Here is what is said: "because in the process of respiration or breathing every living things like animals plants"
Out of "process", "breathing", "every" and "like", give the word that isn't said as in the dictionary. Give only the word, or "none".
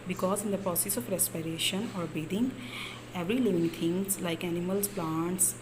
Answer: breathing